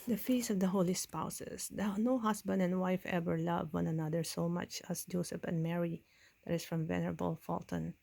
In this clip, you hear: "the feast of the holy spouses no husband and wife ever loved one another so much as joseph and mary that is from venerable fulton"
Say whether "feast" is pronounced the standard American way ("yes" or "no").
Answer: no